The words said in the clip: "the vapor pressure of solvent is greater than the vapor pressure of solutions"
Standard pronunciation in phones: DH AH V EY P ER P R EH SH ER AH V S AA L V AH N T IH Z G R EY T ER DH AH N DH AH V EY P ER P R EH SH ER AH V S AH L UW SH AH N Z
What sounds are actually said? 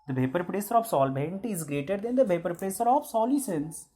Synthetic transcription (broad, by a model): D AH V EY P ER P R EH S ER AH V S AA L B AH N T IH Z G R EY T ER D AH N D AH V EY P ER P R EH S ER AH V S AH L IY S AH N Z